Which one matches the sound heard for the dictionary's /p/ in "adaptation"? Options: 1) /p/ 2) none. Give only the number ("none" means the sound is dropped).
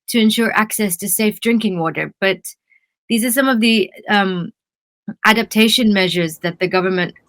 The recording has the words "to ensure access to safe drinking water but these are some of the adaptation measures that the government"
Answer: 1